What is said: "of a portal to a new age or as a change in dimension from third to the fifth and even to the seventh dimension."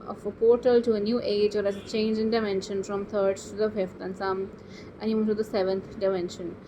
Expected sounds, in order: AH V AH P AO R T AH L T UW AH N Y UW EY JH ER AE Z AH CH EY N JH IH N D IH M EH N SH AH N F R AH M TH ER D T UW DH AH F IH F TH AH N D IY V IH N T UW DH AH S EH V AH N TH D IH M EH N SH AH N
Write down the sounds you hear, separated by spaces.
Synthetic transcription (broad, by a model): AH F AH P AO R T AH L T UW AH N Y UW EY JH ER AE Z AH CH EY N JH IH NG D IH M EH N SH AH N F R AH M T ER D T UW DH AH F IH F T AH N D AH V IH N T UW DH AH S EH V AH N T D IH M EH N SH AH N